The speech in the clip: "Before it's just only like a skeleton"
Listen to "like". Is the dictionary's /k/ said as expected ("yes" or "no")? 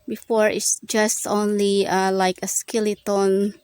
yes